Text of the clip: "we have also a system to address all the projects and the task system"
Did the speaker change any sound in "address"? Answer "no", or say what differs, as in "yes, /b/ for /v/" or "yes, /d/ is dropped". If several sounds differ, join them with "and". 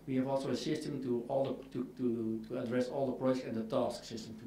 no